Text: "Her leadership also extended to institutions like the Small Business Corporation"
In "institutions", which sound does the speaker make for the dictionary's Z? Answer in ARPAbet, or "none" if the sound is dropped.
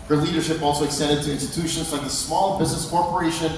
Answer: Z